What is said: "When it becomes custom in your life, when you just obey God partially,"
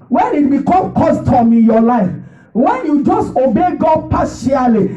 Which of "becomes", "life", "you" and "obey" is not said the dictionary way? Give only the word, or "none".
becomes